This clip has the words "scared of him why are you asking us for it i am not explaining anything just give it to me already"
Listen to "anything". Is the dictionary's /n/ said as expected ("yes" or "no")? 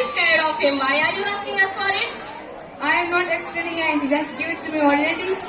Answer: no